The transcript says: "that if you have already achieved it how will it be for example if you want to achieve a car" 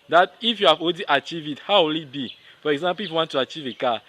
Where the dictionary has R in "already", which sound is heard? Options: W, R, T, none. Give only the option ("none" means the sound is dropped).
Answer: none